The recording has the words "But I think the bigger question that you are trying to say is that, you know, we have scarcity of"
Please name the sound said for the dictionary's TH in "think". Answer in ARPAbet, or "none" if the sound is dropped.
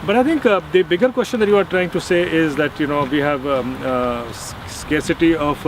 T